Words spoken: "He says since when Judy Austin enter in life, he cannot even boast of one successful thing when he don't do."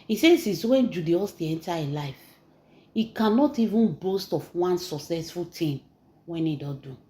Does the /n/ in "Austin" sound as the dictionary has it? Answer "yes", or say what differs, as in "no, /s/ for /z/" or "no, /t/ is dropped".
no, /n/ is dropped